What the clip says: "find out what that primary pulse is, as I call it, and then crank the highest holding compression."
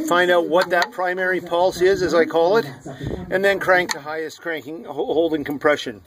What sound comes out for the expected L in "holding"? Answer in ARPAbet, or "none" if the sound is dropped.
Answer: L